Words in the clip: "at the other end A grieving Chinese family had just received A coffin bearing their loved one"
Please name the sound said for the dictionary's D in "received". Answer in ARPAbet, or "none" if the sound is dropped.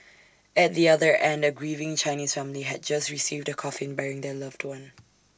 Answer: D